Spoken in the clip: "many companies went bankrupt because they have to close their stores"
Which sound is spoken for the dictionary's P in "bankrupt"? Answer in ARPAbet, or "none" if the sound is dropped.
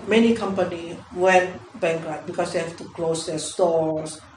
none